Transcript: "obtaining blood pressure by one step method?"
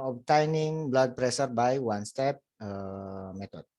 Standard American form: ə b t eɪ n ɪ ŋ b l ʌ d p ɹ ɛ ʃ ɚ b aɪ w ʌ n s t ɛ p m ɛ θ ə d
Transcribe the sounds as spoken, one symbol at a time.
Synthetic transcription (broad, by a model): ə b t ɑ n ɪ ŋ b l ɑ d p ɹ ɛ s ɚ b aɪ w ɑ n s t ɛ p m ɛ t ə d